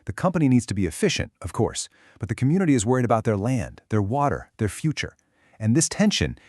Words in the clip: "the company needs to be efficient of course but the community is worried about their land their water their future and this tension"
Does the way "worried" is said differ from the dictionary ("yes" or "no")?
no